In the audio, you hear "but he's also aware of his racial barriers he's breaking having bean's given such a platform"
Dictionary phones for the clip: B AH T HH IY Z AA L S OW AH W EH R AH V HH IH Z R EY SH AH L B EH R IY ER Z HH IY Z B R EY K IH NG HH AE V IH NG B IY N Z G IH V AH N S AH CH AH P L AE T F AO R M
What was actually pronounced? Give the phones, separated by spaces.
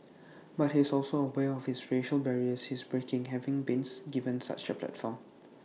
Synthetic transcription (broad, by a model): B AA T HH IY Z AA L S OW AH W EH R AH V HH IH S R EY SH AH L B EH R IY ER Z HH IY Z B R EY K IH NG HH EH V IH NG B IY N S G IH V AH N S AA CH AH P L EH T F AO M